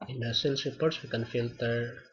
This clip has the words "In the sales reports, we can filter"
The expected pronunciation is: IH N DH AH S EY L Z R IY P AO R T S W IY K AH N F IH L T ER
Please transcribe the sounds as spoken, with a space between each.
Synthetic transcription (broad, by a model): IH N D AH S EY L S R IY P AO R T S W IY K AH N F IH L T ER